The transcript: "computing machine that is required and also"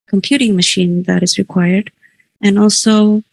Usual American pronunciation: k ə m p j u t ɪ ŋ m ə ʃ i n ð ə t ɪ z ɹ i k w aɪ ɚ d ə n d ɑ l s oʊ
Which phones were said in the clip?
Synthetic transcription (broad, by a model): k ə m p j u t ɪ ŋ m ə ʃ i n ð ə t ɪ z ɹ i k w aɪ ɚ d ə n ɑ l s oʊ